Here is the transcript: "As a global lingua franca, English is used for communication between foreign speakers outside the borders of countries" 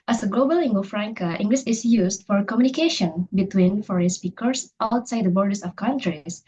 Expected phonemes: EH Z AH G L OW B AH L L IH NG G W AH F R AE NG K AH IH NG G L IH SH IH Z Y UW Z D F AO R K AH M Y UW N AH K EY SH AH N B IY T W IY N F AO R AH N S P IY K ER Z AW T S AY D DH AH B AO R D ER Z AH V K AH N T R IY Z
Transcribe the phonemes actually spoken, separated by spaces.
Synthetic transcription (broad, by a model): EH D AH G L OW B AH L L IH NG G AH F R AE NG K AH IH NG G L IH S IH S Y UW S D F AO R K AH M Y UW N AH K EY SH AH N B IY T W IY N F AO R AH N S P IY K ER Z AW T S AY D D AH B AO R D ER S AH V K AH N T R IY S